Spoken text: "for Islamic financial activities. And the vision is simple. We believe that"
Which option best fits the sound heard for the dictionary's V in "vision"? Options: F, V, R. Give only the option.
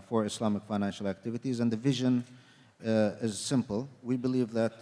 V